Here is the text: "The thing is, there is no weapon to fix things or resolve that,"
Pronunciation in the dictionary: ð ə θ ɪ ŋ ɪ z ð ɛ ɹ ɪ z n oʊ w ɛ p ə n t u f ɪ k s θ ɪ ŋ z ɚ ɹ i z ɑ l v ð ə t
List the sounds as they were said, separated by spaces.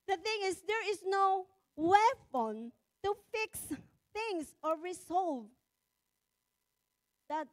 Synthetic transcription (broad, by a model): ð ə θ ɪ ŋ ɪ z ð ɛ ɹ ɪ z n oʊ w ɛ f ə n t u f ɪ k s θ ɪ ŋ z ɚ ɹ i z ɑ l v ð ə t